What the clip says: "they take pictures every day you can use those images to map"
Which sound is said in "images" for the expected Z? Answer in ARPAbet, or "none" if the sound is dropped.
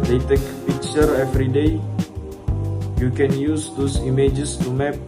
S